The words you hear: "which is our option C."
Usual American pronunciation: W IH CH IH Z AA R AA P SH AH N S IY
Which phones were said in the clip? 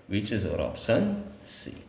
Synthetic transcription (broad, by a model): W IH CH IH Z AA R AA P S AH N S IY